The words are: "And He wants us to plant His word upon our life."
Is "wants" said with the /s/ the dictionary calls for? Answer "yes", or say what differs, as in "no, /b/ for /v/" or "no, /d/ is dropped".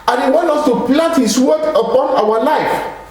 no, /s/ is dropped